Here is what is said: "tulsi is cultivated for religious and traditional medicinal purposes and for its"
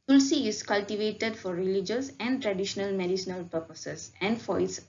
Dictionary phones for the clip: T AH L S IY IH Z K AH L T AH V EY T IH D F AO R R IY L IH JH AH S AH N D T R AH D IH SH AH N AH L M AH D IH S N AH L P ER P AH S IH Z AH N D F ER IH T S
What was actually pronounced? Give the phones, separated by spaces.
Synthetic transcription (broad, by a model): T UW L S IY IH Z K AH L T AH V EY T IH D F AO R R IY L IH JH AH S AH N D T R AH D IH SH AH N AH L M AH D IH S N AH L P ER P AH S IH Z AH N D F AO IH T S